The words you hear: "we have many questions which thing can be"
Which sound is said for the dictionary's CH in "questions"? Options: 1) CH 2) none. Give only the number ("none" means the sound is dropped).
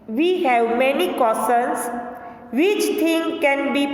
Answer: 2